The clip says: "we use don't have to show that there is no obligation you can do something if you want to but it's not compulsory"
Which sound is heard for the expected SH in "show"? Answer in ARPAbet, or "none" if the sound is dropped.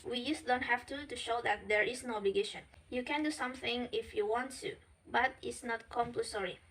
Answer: SH